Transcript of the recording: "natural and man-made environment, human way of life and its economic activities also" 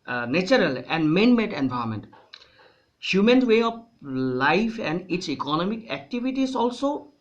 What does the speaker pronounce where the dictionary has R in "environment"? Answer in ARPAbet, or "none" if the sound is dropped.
none